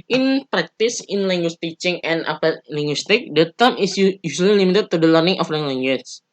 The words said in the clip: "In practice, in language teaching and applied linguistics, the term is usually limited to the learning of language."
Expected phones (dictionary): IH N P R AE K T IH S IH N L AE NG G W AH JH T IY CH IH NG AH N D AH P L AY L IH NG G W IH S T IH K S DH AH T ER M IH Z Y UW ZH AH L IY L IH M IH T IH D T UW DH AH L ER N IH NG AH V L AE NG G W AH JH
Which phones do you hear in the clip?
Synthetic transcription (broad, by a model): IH N P R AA K T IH S IH N L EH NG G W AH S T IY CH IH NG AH N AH P AY L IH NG G W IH S T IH K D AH T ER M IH S Y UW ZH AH L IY L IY M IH T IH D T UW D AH L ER N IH NG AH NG L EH NG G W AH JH